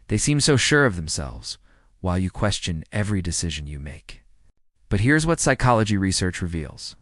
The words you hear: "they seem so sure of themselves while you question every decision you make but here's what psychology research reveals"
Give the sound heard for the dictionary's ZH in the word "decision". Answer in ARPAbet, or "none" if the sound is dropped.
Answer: ZH